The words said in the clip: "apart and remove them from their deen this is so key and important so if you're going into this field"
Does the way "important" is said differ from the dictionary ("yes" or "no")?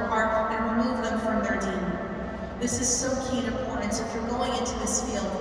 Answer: yes